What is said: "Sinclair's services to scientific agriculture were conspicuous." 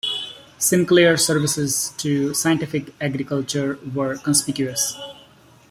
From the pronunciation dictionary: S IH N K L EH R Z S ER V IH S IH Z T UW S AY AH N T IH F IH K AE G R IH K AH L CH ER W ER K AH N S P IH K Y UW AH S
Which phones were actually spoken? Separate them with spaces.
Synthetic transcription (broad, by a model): S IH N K L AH R S ER V IH S IH Z T UW S AY AH N T IH F IH K AE G R IH K AH L CH ER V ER K AH N S P IH K Y UW AH S